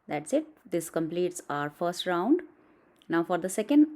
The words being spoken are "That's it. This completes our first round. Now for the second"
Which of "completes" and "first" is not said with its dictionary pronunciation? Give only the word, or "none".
none